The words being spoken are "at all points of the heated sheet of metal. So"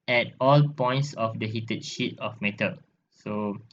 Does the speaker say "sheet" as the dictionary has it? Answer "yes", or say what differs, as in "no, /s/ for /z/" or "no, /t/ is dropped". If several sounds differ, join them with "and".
yes